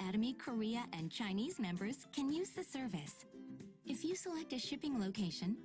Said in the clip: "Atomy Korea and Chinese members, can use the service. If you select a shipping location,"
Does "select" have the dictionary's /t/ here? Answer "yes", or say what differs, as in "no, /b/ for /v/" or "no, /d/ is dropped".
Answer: yes